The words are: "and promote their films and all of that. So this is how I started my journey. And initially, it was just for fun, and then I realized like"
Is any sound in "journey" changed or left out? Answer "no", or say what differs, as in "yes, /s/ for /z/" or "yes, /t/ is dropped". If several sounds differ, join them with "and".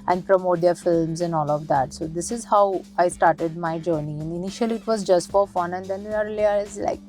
no